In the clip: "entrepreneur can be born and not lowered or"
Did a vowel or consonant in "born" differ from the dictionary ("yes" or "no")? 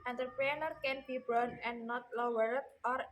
yes